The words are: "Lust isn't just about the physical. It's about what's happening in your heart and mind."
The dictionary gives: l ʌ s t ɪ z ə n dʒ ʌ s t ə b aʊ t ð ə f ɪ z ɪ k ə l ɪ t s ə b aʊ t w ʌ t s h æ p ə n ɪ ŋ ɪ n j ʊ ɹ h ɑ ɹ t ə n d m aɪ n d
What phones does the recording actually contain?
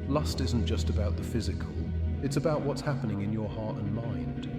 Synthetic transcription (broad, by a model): l ʌ s t ɪ z n dʒ ʌ s t ə b aʊ t ð ə f ɪ z ɪ k ə l ɪ t s ə b aʊ t w ʌ t s h æ p ə n ɪ ŋ ɪ n j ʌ ɹ h ɑ ɹ t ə n m aɪ n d